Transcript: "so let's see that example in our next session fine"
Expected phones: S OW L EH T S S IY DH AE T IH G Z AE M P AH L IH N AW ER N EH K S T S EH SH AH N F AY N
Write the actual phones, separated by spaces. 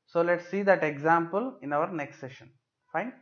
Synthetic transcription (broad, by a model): S OW L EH T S S IY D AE T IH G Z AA M P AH L IH N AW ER N EH K S T S EH SH AH N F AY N